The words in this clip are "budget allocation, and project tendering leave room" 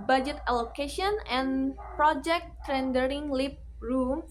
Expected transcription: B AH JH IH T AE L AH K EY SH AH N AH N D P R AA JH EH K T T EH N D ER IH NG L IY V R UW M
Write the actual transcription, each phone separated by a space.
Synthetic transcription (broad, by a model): B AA JH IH T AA L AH K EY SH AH N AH N P R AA JH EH K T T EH N D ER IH NG L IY P R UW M